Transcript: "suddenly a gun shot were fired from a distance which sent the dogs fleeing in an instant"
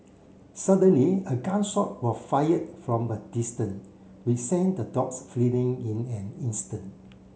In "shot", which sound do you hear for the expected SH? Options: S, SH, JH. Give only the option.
S